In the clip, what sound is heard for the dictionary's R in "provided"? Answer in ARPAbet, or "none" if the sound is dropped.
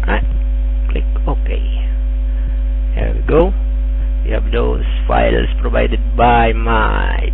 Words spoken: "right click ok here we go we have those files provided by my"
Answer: R